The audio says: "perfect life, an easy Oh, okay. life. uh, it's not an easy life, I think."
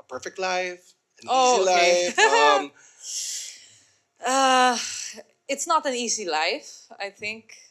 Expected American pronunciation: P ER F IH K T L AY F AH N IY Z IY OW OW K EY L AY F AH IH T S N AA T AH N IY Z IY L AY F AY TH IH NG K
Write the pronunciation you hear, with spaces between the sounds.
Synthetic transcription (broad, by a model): P ER F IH K T L AY F AH N OW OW IY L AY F AH IH T S N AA T AH N IY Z IY L AY F AY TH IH NG K